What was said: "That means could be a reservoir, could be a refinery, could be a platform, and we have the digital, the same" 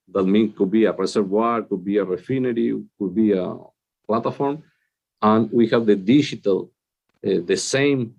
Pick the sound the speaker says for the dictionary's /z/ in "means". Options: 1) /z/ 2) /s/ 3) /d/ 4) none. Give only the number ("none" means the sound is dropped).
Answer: 4